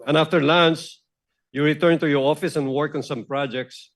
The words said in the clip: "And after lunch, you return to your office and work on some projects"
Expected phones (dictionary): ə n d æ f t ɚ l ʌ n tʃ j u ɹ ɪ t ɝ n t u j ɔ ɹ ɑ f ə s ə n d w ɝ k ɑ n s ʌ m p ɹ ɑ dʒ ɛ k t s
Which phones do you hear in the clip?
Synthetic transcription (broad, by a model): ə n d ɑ f t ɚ l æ n s j u ɹ ɪ t ɝ n t u j ɔ ɹ ɑ f ə s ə n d w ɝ k ɑ n s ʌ m p ɹ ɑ dʒ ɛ k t s